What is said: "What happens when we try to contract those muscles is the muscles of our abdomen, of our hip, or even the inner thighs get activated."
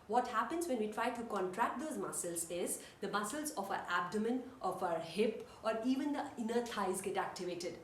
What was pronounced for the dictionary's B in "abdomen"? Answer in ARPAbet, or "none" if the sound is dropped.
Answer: B